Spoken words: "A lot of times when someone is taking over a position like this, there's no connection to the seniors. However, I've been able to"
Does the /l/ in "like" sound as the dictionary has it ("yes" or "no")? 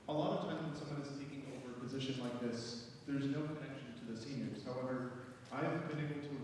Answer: yes